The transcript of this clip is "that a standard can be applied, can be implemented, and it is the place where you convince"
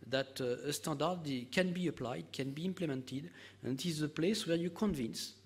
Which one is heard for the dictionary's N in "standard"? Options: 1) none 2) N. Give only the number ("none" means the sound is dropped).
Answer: 1